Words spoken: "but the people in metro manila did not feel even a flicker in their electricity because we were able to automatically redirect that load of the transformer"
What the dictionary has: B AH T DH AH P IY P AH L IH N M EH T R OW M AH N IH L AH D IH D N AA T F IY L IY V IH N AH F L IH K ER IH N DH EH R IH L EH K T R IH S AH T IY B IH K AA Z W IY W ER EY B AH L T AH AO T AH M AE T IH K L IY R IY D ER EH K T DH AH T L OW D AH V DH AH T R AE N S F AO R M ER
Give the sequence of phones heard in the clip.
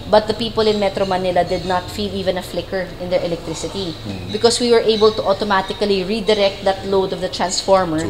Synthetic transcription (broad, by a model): B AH T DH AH P IY P AH L IH N M EH T R OW M AH N IH L AH D IH D N AA T F IY L IY V IH N AH F L IH K ER IH N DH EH R IH L EH K T R IH S AH T IY B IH K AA S W IY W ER EY B AH L T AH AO T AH M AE T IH K L IY R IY D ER EH K T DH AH T L OW D AH V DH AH T R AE N S F AO R M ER